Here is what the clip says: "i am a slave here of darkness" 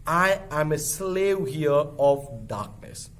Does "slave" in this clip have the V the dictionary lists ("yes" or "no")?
no